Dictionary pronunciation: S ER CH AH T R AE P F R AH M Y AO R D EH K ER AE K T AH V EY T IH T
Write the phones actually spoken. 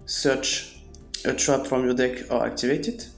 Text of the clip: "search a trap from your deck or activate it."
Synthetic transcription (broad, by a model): S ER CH AH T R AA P F R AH M Y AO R D EH K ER AE K T AH V EY T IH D